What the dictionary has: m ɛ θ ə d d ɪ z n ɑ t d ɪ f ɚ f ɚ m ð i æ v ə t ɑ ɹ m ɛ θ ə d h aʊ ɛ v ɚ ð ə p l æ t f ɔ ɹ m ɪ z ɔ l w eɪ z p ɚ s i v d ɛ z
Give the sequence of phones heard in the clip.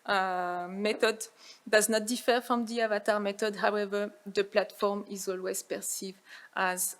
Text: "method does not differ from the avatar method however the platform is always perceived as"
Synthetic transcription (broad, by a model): m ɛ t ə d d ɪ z n ɑ t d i f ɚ f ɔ m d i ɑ v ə t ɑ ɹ m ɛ t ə d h aʊ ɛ v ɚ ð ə p l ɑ t f ɔ ɹ m ɪ z ɔ l w eɪ z p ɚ s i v ɑ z